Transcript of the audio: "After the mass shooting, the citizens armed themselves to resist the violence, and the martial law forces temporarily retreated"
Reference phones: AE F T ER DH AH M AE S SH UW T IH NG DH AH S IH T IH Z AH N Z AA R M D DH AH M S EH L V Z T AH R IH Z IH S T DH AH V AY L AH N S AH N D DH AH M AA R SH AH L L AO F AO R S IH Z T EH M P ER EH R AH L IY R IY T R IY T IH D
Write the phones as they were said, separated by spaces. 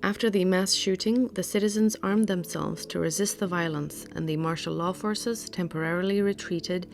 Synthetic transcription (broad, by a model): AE F T ER DH AH M AE S SH UW T IH NG DH AH S IH T IH Z AH N Z AA R M DH AH M S EH L V Z T AH R IH Z IH S T DH AH V AY L AH N S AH N DH AH M AA R SH L L AO F AO R S IH Z T EH M P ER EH R L IY R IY T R IY T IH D